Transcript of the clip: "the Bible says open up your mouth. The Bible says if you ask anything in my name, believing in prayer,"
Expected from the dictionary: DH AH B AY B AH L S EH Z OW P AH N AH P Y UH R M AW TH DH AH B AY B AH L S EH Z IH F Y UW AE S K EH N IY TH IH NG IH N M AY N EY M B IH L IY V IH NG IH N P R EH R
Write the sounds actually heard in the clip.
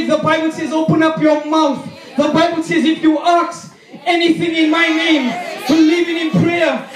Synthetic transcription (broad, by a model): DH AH B AY B AH L S EH Z OW P AH N AH P Y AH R M AW TH DH AH B AY B AH L S EH Z IH F Y UW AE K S EH N IY TH IH NG IH N M AY N EY M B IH L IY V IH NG IH N P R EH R